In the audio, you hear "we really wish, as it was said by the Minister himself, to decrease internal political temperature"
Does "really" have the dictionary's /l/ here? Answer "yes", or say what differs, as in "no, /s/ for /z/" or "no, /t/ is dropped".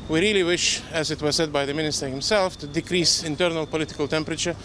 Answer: yes